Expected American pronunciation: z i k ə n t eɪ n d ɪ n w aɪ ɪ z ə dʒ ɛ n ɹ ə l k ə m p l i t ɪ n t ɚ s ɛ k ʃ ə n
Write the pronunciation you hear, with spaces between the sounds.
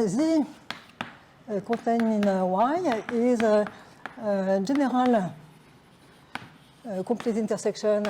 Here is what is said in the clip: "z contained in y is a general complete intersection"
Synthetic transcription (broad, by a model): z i k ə t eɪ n ɪ n w aɪ ɪ z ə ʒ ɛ n ɹ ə l k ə p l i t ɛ n t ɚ s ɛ k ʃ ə n